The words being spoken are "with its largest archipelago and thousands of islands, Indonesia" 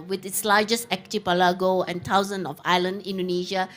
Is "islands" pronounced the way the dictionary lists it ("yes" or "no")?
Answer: no